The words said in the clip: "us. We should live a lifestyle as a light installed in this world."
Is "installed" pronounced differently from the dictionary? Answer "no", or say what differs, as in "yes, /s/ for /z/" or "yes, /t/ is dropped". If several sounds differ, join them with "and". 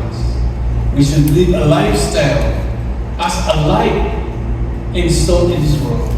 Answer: yes, /d/ is dropped